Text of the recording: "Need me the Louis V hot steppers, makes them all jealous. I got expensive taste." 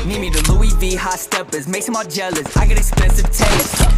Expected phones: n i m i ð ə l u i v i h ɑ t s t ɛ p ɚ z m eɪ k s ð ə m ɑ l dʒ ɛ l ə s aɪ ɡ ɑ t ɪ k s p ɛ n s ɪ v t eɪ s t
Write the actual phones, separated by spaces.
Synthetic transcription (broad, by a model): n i m i ð ə l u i v i h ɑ s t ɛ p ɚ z m eɪ k s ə m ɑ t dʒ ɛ l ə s aɪ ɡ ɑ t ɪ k s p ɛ s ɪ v t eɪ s